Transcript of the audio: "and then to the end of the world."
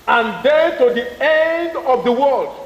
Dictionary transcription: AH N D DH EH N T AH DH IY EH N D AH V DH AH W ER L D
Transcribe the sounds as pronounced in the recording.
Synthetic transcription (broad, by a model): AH N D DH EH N T AH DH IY EH N D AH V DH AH W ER L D